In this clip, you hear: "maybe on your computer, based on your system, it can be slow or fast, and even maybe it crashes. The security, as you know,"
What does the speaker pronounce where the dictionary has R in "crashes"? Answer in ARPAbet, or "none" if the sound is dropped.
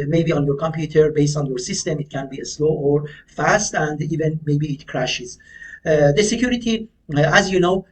R